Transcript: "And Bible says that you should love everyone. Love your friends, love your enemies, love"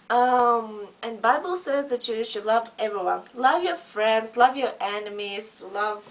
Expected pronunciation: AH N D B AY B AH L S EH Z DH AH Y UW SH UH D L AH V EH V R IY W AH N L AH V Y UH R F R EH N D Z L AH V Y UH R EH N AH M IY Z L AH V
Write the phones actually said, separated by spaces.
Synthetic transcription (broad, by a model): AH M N B AY B AH L S EH Z DH AH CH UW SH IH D L AH V EH V R IY W AH N L AH V Y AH R F R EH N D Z L AH V Y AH R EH N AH M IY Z L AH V